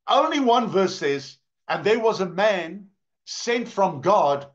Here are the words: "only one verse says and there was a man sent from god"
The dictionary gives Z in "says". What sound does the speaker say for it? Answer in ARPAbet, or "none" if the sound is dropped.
Z